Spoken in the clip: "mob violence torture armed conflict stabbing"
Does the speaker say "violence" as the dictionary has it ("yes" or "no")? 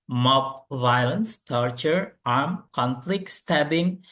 yes